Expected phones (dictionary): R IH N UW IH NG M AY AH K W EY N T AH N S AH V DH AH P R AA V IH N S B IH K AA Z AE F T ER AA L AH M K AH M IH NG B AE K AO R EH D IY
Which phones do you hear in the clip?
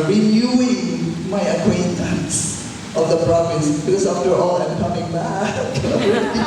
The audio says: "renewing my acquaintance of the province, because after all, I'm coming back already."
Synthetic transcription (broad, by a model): R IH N UW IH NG M AY AH K W EY N T AH N S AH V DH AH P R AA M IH S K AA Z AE F T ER AA L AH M K AH M IH NG B AE K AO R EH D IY